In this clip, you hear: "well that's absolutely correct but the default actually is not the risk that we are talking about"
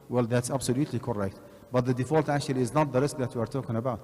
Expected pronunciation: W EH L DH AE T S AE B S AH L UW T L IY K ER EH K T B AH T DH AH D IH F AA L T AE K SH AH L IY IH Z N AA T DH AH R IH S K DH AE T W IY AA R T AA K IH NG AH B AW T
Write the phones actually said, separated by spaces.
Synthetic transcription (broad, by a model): W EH L DH AE T S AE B S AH L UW T L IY K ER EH K T B AH T DH AH D IH F AA L T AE K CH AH L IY IH Z N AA T DH AH R IH S K DH AE T W IY AA R T AA K IH NG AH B AW T